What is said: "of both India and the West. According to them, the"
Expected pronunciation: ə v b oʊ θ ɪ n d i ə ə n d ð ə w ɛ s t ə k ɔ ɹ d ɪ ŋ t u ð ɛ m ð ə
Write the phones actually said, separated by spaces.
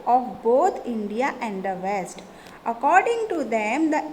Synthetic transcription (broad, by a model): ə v b oʊ t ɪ n d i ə ə n d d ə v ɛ s t ə k ɔ ɹ d ɪ ŋ t u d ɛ m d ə